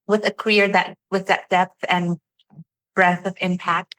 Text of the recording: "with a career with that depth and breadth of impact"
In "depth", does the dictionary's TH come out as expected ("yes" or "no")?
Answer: yes